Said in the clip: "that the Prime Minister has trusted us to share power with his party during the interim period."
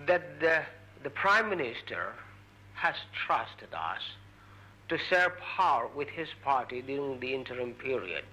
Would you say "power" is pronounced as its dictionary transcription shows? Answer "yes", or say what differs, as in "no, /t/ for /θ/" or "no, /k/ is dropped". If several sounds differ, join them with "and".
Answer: yes